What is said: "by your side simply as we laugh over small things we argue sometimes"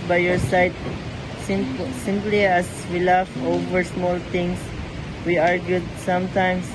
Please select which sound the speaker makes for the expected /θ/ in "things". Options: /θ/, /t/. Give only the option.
/t/